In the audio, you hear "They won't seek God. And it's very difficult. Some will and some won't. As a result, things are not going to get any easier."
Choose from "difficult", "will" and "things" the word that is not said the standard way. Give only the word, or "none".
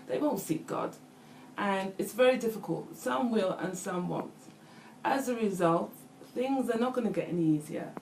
none